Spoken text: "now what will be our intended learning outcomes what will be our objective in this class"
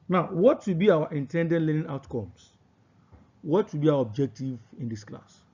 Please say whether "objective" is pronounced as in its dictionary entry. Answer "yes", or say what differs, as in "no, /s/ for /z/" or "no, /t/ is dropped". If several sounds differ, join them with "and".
yes